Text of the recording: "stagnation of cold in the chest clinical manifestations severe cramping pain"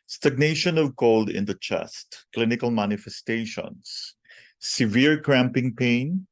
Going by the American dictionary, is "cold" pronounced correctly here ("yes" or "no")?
yes